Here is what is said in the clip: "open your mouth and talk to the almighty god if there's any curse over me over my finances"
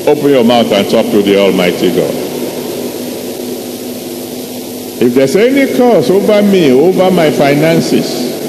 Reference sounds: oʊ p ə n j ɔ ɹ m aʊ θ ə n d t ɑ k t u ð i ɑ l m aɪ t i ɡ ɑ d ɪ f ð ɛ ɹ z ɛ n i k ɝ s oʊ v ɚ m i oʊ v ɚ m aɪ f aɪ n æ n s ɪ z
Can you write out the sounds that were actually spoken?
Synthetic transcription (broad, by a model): oʊ p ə n j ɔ m aʊ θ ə n t ɑ k t u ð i ɑ l m aɪ t i ɡ ɑ d ɪ f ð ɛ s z ɛ n i k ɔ s oʊ v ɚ m i oʊ v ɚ m aɪ f aɪ n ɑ n s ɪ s